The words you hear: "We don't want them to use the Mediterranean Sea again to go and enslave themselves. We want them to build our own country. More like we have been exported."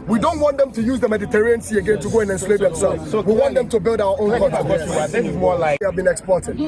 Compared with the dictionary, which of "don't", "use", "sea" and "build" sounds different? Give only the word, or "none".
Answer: none